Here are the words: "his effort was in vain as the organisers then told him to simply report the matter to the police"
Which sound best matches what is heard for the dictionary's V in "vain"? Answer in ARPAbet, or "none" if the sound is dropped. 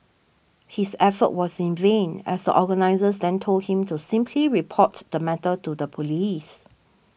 V